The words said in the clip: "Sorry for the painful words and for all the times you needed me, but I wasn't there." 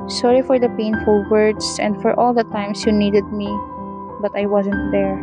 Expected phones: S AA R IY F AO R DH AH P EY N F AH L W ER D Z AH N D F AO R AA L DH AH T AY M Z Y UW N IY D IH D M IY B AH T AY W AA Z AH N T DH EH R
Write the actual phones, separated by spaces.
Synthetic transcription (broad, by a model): S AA R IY F AO R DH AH P EY N F AH L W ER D S AH N D F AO R AA L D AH T AY M S Y UW N IY D IH D M IY B AH T AY W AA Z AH N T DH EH R